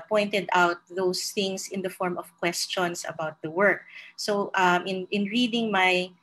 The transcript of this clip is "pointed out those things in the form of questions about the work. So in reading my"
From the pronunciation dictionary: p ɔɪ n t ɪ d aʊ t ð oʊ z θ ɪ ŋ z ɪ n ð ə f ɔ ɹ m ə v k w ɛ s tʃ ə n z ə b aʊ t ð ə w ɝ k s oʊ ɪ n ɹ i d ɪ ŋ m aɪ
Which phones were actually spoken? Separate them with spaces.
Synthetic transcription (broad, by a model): p ɔɪ n t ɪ d aʊ t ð oʊ s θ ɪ ŋ s ɪ n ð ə f ɔ ɹ m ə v k w ɛ s tʃ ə n s ə b aʊ t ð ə w ɝ k s oʊ ɪ n ɹ i d ɪ ŋ m aɪ